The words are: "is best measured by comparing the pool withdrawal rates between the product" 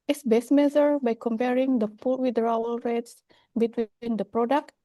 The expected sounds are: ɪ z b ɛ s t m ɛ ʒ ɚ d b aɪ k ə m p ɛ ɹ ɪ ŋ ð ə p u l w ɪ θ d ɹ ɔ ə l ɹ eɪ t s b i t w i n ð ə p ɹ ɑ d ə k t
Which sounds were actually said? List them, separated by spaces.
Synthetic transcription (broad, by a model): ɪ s b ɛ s m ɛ z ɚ b aɪ k ə m p ɛ ɹ ɪ ŋ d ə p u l w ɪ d ɹ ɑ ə l ɹ eɪ t s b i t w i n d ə p ɹ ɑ d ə k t